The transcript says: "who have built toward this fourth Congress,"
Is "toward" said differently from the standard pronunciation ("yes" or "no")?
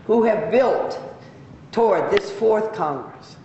no